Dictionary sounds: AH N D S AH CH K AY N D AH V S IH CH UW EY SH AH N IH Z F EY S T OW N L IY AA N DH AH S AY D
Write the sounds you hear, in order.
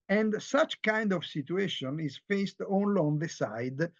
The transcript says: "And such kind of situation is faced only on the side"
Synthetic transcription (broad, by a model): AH N D S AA CH K AY N D AH V S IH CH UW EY SH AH N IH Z F EY S T OW N L IY AA N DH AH S AY D